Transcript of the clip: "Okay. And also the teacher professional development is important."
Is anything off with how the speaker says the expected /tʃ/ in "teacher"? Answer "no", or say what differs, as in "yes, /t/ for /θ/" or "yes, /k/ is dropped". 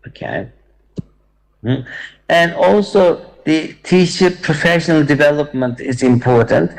yes, /ʃ/ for /tʃ/